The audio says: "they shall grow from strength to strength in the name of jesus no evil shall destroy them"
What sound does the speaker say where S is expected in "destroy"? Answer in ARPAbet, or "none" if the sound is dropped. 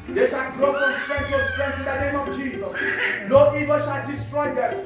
S